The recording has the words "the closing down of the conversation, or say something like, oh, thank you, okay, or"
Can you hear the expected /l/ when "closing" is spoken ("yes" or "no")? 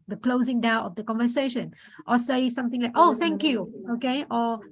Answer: yes